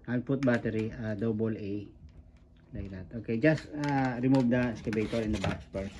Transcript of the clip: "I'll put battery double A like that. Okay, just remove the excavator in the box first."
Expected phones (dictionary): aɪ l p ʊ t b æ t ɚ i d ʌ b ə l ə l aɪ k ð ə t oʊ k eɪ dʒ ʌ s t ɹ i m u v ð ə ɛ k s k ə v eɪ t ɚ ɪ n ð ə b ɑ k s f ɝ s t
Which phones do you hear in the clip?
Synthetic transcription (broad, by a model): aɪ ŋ p ʊ t b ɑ t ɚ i d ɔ b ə l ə l aɪ k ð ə t oʊ k eɪ dʒ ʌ s t ɹ i m u v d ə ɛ s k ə b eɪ t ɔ ɪ n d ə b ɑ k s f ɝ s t